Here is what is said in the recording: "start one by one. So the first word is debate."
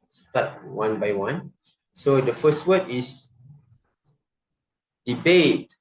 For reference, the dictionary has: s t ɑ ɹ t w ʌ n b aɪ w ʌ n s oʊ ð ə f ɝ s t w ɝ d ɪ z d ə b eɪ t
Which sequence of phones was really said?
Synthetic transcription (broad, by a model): s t ɑ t w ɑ n b aɪ w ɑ n s oʊ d ə f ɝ s t w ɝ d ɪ s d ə b eɪ t